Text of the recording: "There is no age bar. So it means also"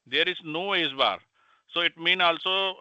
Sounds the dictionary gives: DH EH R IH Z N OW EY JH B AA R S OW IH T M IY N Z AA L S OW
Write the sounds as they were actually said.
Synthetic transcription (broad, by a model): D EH R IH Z N OW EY Z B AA R S OW IH T M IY N AA L S OW